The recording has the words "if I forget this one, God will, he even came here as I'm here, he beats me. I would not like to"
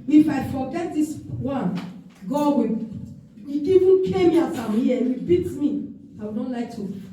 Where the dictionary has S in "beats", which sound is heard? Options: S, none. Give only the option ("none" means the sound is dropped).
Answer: none